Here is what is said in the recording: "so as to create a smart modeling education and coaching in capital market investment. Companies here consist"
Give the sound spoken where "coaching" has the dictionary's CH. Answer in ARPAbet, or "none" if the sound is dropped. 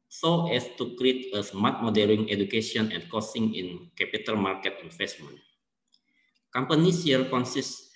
S